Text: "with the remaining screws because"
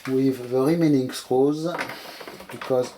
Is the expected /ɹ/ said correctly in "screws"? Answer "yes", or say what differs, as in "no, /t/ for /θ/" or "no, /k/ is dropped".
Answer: no, /ɹ/ is dropped